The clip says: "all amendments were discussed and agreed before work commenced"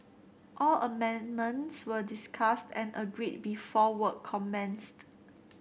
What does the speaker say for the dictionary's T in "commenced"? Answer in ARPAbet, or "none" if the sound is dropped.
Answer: T